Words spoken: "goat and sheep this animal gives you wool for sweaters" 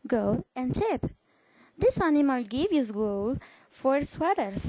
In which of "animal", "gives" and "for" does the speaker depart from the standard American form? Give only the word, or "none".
gives